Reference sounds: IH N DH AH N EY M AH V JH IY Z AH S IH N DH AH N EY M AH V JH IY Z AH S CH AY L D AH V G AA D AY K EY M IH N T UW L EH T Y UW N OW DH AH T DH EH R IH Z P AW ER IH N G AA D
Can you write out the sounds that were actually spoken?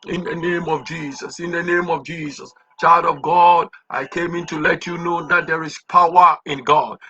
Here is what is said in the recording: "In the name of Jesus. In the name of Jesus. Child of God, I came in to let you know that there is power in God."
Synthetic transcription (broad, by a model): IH N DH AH N EY M AH V JH IY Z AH S IH N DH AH N EY M AH V JH IY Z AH S CH AY L D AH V G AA D AY K EY M IH N T UW L EH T Y UW N OW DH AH T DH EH R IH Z P AW ER IH N G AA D